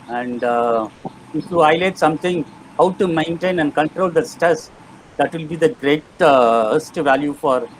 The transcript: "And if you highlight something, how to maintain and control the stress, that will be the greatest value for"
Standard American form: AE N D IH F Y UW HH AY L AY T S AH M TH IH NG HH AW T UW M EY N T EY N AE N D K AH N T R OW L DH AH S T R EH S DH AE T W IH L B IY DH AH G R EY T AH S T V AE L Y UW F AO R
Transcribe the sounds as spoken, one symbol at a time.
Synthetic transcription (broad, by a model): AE N D IH F Y UW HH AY L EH T S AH M T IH NG HH AW T UW M EY N T EY N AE N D K AH N T R OW L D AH S T EH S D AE T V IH L B IY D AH G R EY T AH S T V AE L Y UW F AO R